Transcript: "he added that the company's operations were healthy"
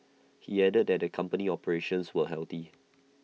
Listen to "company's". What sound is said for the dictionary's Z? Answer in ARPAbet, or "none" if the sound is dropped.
none